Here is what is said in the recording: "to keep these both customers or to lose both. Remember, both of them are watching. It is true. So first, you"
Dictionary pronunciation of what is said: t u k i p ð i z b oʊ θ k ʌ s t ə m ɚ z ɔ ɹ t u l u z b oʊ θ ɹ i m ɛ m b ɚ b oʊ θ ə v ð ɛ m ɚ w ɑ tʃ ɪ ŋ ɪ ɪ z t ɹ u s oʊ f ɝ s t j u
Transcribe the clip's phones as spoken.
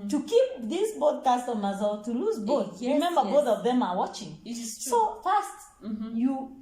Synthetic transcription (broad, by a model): t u k i p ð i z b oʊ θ k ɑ s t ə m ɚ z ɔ l t u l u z b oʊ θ ɹ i m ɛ m b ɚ b oʊ θ ə v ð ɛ m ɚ w ɑ tʃ ɪ ŋ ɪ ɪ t s oʊ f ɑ s t j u